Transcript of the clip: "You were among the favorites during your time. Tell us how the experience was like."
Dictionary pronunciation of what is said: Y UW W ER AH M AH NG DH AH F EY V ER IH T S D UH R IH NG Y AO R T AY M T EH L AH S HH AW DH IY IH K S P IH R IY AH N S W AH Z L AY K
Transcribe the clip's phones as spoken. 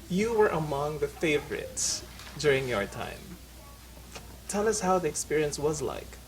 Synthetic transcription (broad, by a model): Y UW W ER AH M AH NG DH AH F EY V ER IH T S D UH R IH NG Y AO R T AY M T EH L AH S HH AW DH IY IH K S P IH R IY AH N S W AH Z L AY K